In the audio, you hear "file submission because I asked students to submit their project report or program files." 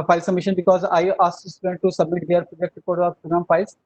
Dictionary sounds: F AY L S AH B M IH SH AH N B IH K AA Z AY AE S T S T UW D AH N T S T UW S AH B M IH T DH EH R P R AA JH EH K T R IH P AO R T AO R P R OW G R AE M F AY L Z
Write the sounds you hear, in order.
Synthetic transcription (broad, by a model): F AY L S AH M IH SH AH N B IH K AA Z AY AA S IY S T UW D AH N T T UW S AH B M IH T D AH R P R AA JH EH K T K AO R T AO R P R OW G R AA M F AY L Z